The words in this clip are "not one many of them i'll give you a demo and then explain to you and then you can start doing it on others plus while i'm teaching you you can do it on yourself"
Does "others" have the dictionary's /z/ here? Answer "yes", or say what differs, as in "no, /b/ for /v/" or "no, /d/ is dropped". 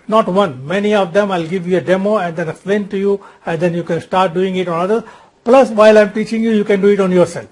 no, /z/ is dropped